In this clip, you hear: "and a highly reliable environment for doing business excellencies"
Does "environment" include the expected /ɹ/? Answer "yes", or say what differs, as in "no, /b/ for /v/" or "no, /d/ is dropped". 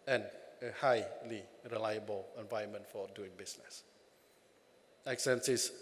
no, /ɹ/ is dropped